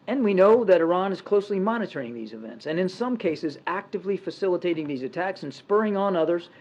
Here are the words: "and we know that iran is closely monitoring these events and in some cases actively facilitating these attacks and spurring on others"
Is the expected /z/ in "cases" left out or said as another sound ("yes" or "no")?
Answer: no